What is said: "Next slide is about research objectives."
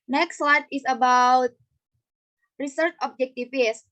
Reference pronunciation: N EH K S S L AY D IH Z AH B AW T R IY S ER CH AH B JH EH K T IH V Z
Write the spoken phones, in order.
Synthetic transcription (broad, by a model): N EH K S S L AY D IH S AH B AW T R IY S ER CH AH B JH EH K T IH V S